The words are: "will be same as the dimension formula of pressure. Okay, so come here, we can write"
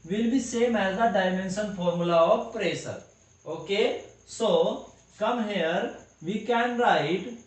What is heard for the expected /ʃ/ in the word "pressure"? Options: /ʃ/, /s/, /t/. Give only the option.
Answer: /s/